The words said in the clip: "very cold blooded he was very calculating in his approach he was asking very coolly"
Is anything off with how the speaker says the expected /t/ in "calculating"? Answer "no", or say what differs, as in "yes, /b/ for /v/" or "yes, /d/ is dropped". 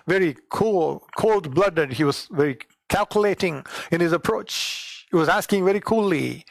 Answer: no